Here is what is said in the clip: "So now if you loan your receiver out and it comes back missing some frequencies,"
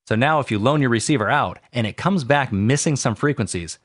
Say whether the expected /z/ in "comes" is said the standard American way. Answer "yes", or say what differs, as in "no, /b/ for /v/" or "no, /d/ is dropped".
yes